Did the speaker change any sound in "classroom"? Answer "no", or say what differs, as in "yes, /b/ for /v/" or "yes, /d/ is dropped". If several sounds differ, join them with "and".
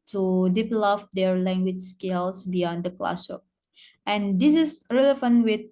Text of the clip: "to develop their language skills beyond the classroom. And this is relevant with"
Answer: yes, /ɹ/ is dropped and /m/ is dropped